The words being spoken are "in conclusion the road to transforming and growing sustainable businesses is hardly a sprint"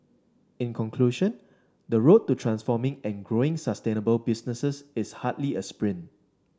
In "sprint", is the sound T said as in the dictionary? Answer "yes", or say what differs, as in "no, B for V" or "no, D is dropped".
no, T is dropped